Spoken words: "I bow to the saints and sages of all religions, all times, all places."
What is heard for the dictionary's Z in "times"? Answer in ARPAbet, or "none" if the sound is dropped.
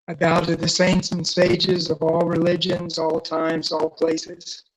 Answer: Z